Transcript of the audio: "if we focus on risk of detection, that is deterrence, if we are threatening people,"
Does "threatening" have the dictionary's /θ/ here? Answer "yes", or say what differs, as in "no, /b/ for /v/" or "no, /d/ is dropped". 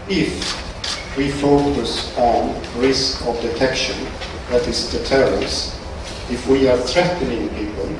yes